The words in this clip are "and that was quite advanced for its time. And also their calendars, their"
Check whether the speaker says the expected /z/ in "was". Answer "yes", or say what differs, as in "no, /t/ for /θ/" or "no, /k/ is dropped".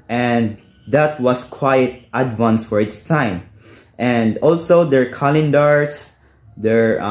no, /s/ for /z/